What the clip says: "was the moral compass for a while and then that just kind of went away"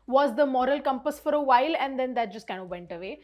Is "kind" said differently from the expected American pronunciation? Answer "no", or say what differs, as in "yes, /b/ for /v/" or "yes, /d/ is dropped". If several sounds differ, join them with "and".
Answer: yes, /d/ is dropped